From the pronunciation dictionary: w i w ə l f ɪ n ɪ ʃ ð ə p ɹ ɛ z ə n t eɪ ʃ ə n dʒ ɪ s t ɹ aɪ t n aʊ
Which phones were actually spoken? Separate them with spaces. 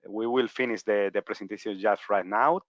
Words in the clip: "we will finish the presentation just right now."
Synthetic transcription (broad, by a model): w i w ə l f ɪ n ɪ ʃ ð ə p ɹ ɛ s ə n t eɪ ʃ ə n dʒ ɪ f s ɹ aɪ t n aʊ